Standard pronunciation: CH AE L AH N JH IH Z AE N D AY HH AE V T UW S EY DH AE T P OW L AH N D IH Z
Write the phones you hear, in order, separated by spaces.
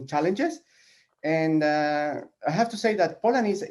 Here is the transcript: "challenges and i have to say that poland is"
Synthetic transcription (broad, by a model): CH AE L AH N JH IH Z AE N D AY HH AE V T UW S EY DH AE T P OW L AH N IH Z